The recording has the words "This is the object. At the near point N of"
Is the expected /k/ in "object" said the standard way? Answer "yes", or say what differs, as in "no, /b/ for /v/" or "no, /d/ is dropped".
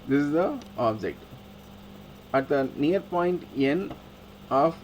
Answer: yes